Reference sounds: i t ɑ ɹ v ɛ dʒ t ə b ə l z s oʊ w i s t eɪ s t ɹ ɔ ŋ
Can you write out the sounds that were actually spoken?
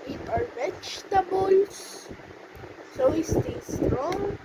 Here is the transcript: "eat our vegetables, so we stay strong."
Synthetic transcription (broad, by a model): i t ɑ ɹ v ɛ tʃ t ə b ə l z s oʊ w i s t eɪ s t ɹ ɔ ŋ